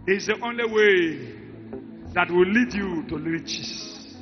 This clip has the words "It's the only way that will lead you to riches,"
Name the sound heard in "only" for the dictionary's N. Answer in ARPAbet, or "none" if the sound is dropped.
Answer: N